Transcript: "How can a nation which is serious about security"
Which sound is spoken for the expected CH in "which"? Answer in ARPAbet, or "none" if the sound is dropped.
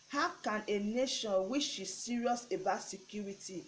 SH